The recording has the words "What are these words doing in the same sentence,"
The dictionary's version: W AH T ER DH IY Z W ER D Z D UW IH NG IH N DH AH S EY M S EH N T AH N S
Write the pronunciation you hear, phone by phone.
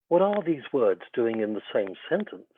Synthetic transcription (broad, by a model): W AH T ER DH IY Z W ER D Z D UW IH NG IH N DH AH S EY M S EH N T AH N S